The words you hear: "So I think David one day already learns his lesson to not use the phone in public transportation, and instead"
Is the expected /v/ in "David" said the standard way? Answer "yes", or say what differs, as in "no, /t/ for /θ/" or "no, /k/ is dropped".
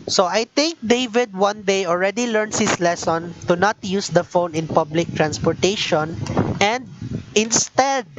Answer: yes